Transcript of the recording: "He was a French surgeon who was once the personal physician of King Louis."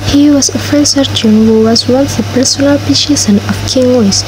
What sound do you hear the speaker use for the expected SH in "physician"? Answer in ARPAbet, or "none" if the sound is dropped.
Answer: S